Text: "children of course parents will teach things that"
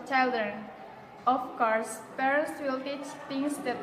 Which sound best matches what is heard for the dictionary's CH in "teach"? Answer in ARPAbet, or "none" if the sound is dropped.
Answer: CH